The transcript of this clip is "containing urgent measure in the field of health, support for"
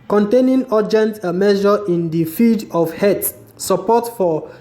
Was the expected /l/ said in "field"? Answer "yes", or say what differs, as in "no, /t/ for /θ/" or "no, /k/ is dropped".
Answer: no, /l/ is dropped